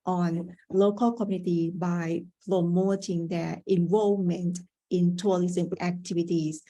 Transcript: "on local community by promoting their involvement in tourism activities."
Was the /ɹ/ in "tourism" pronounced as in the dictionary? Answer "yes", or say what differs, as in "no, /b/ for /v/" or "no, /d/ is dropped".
no, /l/ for /ɹ/